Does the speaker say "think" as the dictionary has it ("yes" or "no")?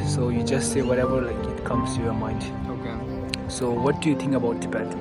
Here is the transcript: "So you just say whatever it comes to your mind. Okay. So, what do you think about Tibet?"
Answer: no